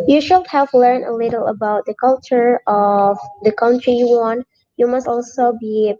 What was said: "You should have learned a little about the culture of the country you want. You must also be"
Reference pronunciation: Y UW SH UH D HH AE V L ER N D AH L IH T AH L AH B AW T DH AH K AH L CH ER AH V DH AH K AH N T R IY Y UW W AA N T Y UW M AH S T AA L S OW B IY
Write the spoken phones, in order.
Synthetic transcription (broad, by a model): Y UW SH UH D HH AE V L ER N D AH L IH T L AH B AW T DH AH K AH L CH ER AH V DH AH K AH N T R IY Y UW W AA N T Y UW M AH S T AA L S OW B IY